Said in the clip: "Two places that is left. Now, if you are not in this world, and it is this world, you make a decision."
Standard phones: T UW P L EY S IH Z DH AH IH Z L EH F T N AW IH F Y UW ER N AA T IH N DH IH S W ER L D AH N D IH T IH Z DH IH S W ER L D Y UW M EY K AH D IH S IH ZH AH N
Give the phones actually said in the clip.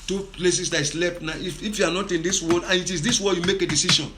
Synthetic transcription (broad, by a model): T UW P L EY S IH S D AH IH S L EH P T N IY IH F Y UW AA N AA T IH N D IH S W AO D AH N IH T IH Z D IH S W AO Y UW M EY K AH D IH S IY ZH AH N